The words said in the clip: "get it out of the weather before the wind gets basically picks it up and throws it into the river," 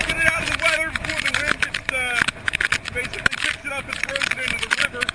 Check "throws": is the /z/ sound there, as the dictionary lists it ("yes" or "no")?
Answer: no